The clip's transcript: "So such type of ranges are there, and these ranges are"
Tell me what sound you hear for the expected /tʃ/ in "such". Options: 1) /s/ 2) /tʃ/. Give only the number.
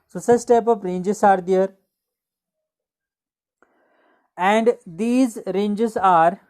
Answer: 1